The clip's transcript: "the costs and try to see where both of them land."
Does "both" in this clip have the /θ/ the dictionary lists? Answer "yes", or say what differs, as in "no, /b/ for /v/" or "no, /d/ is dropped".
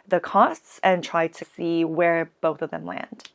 yes